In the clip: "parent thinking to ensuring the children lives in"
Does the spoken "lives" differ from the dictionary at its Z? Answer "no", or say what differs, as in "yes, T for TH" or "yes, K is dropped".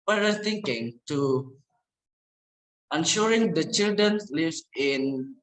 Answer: yes, Z is dropped